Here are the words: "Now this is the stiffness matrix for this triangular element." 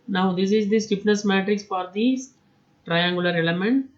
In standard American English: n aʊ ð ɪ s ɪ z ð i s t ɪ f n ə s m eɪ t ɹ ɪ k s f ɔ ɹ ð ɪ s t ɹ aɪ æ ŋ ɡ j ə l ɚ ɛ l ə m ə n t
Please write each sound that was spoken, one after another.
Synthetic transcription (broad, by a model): n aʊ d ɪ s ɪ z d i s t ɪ p n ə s m eɪ t ɹ ɪ k s f ɔ ɹ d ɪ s t ɹ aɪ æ ŋ ɡ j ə l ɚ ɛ l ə m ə n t